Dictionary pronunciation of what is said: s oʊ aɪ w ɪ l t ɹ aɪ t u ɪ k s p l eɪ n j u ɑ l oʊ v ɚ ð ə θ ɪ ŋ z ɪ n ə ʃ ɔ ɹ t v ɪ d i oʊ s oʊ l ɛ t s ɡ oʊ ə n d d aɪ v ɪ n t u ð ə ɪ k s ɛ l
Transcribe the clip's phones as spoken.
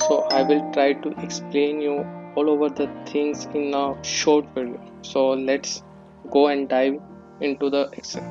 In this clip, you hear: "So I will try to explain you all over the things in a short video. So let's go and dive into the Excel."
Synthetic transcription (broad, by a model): s oʊ aɪ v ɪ l t ɹ aɪ t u ɪ k s p l eɪ n j u ɑ l oʊ v ɚ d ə t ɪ ŋ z ɪ n ə ʃ ɔ ɹ t f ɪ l s oʊ l ɛ t s ɡ oʊ ə n d d aɪ v ɪ n t u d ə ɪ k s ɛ